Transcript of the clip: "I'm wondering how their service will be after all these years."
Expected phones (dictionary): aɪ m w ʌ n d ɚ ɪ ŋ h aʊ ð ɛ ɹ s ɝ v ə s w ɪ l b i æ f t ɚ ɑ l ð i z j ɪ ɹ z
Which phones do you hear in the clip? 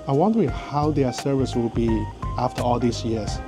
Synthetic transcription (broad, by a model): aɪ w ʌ n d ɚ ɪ h aʊ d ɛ s ɝ v ə s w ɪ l b i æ f t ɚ ɑ l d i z j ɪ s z